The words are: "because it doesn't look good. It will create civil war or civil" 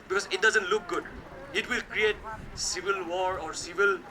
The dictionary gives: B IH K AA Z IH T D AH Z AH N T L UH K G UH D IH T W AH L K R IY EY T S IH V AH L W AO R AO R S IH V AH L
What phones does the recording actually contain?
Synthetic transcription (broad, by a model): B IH K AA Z IH T D AH Z AH N T L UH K G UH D IH T W AH L K R IY EY T S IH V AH L W AO R AO R S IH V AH L